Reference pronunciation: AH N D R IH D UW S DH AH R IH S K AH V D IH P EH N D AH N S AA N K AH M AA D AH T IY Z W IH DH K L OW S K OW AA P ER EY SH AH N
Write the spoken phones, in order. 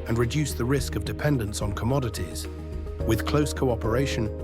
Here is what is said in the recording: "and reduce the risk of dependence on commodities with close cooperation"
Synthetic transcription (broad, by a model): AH N R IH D UW S DH AH R IH S K AH V D IH P EH N D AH N S N K AH M AA D AH T IY Z W IH DH K L OW S K OW AA P ER EY SH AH N